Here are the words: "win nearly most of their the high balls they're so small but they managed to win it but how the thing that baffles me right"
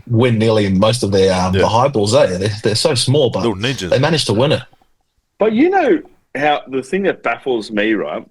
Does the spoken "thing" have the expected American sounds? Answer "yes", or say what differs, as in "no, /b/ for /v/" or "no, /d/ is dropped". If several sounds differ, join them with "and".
yes